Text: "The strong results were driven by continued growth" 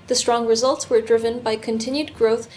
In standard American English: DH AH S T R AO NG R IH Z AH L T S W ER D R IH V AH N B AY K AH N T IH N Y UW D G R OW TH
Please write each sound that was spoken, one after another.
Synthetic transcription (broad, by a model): DH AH S T R AO NG R IH Z AH L T S W ER D R IH V AH N B AY K AH N T IH N Y UW D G R OW TH